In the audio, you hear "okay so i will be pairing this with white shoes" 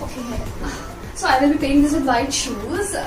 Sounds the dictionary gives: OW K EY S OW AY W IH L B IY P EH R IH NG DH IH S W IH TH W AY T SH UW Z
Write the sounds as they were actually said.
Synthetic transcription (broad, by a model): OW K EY S OW AY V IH L B IY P EH IH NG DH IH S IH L AY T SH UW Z